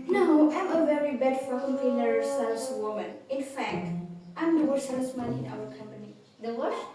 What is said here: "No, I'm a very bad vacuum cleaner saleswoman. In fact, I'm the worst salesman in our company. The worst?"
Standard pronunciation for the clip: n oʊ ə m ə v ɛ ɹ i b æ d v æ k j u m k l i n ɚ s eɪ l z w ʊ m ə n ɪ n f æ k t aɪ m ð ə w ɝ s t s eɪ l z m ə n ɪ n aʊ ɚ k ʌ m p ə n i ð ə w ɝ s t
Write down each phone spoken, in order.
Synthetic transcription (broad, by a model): n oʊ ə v ə v ɛ ɹ i b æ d f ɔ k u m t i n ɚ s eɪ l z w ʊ m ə n ɪ n f æ k t aɪ m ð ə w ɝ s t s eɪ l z m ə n ɪ n aʊ ɚ k ʌ m p ə n i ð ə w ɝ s